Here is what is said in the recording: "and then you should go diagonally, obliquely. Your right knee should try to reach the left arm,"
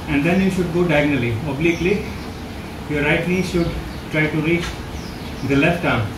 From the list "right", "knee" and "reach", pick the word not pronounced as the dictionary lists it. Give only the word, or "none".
knee